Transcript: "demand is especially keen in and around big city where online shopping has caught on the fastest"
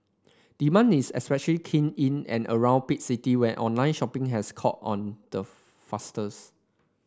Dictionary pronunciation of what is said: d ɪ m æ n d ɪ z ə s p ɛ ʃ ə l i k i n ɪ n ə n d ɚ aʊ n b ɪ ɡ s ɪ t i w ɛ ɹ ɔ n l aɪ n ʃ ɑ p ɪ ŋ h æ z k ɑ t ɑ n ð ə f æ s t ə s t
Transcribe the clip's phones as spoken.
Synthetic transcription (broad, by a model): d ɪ m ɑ n ɪ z ə s p ɛ ʃ ə l i k i n ɪ n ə n ɚ aʊ n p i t s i t i w ɛ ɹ ɔ n l aɪ n ʃ ɑ p ɪ ŋ h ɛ s k ɑ t ɑ n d ə f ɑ s t ə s